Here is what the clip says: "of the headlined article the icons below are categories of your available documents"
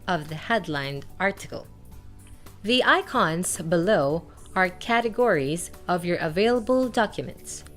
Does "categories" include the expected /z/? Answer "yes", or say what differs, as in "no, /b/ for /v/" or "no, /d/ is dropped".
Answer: yes